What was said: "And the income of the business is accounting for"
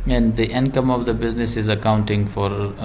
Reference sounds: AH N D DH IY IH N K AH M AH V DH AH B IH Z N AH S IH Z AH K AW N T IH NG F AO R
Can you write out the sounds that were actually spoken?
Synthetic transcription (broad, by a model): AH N D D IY IH N K AH M AH V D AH B IH Z N AH S IH Z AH K AW N T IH NG F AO R